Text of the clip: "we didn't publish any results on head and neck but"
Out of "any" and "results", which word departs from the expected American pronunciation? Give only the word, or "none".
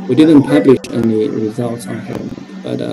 none